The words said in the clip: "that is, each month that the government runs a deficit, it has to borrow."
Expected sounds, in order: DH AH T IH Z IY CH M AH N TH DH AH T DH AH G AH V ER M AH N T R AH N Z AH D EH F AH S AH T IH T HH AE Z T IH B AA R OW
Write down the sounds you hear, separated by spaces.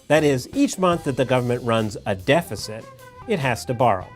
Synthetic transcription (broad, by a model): DH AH T IH Z IY CH M AH N TH DH AH T DH AH G AH V ER M AH N T R AH N Z AH D EH F AH S AH T IH T HH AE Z T IH B AA R OW